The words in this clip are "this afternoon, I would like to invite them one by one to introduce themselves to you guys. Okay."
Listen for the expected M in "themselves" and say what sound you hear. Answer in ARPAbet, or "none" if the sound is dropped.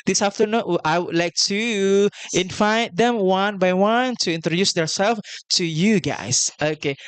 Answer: none